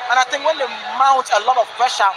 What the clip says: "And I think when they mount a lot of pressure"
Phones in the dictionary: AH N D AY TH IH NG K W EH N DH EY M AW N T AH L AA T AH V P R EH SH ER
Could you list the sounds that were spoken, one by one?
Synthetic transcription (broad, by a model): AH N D AY T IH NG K W EH N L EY M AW T AH L AA T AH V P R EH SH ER